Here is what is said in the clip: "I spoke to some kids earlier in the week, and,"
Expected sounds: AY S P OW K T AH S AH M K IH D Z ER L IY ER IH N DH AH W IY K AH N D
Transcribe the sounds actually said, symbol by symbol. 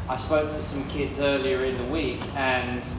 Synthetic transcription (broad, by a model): AY S P OW K T AH S AH M K IH D Z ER L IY ER IH N DH AH W IY K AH N